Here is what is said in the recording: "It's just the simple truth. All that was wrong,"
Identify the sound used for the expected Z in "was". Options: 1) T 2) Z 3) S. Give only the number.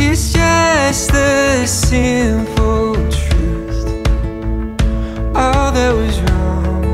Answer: 2